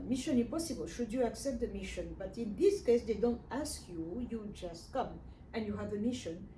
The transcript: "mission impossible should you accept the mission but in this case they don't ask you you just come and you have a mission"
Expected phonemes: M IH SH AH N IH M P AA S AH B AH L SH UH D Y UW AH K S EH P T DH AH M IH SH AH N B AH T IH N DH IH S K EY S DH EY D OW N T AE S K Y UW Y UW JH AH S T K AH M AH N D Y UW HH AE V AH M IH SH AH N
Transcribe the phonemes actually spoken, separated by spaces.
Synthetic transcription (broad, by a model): M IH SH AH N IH P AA S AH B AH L SH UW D Y UW AH K S EH P T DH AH M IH SH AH N B AH T IH N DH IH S K EY S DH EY D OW N T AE S K Y UW Y UW JH AH S T K AH M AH N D Y UW HH AE V AH M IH SH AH N